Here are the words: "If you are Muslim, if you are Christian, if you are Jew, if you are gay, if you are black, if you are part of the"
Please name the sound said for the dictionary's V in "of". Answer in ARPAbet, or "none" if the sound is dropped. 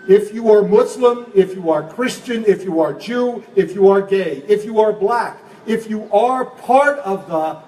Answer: V